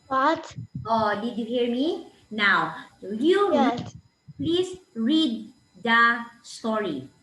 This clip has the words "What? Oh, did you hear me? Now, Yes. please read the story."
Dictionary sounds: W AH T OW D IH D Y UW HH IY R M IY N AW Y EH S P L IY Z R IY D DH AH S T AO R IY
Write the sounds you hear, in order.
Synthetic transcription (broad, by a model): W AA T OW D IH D Y UW HH IY R M IY N AW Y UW P L IY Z R IY D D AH S T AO R IY